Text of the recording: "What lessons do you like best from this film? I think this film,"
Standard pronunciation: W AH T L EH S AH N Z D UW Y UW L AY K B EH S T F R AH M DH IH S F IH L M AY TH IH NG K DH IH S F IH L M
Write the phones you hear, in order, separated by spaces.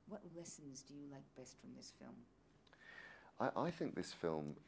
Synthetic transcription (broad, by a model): W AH T L EH S AH N Z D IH Y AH L AY K B EH S T F R AH M DH IH S F IH L M AY TH IH NG K DH IH S F IH L M